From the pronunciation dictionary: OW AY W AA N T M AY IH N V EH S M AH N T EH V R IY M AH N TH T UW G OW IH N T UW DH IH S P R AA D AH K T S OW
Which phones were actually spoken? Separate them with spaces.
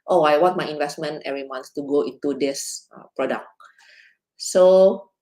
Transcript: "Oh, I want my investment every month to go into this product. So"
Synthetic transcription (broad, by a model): OW AY W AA T M AY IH N V EH S M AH N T EH V R IY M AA N T T UW G OW IH N T UW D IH S P R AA D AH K S OW